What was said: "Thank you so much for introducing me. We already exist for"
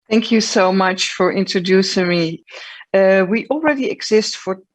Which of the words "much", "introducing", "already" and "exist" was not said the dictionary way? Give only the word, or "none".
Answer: none